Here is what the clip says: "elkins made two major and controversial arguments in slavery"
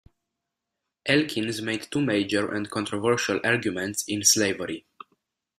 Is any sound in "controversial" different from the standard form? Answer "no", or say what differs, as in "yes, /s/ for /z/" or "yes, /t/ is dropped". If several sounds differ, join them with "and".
no